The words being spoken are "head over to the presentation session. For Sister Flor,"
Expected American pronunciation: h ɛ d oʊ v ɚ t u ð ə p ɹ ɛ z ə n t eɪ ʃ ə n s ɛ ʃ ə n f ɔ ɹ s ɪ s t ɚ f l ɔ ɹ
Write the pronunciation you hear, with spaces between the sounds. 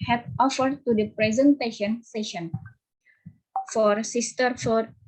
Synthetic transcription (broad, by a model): h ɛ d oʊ f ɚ t u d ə p ɹ ɛ z ə n t eɪ ʃ ə n s ɛ ʃ ə n f ɔ ɹ s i s t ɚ f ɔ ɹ